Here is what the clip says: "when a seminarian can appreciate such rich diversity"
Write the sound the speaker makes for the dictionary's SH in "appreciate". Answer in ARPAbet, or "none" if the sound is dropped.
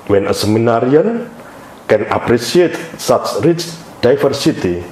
S